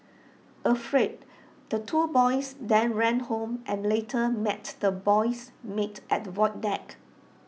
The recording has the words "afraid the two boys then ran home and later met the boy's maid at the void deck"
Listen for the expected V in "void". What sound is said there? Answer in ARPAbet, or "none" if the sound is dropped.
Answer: W